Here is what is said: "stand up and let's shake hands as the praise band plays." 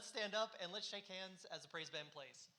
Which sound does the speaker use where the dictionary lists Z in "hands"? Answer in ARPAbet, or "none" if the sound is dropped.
Z